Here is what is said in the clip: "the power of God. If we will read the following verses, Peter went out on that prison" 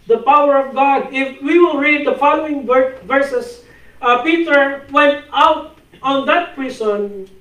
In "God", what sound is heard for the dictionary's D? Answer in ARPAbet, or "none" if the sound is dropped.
D